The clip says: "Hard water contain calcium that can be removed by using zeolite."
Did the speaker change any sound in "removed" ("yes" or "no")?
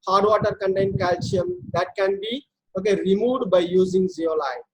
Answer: yes